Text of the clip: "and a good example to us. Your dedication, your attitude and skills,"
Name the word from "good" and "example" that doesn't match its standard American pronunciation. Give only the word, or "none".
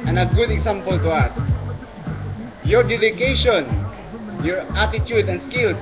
example